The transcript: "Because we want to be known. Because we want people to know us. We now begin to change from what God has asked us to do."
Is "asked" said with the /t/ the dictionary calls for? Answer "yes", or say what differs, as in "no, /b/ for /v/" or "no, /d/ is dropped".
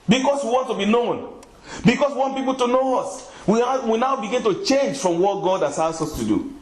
no, /t/ is dropped